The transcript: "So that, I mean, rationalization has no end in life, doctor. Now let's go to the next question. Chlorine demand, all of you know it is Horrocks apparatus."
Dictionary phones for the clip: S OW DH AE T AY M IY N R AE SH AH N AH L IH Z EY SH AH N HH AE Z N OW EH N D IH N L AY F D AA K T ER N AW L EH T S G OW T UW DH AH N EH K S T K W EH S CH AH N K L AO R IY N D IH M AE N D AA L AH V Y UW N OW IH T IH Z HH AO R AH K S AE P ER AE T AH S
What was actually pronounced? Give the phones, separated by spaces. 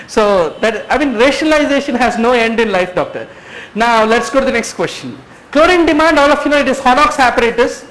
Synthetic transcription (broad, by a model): S OW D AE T AY M IY N R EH SH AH N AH L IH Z EY SH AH N HH AE Z N OW EH N D IH N L AY F D AA K T ER N AW L EH T S G OW T UW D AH N EH K S T K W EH S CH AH N K L AO R IY N D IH M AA N D AA L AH F Y UW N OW IH T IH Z HH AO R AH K S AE P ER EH T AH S